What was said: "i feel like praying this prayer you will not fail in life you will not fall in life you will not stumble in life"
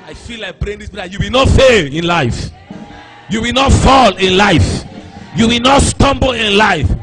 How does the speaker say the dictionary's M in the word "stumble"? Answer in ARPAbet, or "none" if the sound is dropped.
M